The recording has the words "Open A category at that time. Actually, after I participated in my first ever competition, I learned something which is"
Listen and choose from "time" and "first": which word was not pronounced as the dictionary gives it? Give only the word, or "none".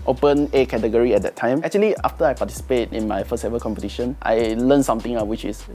first